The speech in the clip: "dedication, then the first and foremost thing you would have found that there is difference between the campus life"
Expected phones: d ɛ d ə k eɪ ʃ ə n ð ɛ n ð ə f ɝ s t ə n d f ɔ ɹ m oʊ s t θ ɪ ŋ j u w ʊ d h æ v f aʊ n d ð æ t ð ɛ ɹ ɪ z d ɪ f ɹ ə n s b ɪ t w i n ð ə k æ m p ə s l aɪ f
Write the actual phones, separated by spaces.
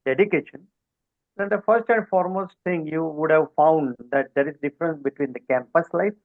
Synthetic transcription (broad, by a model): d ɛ d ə k eɪ ʃ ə n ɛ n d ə f ɝ s t ə n d f ɔ ɹ m oʊ s t t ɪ ŋ j u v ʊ d h æ v f aʊ n d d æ t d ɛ ɹ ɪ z d ɪ f ɹ ə n s b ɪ t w i n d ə k æ m p ə s l aɪ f